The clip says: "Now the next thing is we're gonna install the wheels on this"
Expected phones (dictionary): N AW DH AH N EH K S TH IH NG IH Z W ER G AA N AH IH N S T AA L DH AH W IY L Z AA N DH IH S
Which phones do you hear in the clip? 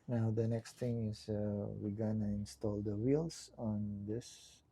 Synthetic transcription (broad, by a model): N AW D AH N EH K S T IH NG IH S W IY G AA N AH IH N S T AA L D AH W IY L S AA N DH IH S